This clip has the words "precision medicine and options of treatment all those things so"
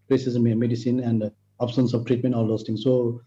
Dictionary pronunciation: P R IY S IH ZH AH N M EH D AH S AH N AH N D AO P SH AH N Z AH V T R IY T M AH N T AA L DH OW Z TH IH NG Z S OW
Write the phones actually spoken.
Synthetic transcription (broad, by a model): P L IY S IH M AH M EH D AH S AH N AH N D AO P S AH N S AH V T R IY T M AH N T AA L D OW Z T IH NG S OW